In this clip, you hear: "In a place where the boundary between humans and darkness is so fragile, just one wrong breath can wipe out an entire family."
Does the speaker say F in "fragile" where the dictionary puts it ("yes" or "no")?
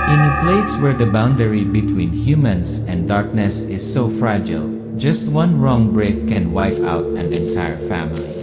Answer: yes